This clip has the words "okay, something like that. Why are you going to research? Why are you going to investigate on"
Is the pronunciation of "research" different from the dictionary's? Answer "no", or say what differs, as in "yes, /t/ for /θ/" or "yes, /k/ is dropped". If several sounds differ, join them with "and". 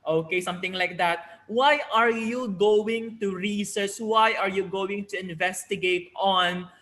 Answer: yes, /s/ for /tʃ/